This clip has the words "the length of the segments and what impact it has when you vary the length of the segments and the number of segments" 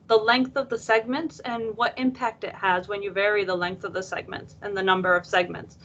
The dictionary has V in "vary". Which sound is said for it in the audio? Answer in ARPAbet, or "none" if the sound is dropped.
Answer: V